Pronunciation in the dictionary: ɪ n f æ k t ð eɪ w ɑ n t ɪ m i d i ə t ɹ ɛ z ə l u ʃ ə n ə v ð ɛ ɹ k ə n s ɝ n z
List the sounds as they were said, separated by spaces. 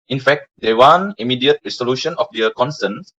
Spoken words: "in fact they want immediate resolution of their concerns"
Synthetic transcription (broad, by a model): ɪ n f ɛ k t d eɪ w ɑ n ɪ m i d i ə t ɹ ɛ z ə l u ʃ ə n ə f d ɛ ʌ k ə n s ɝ n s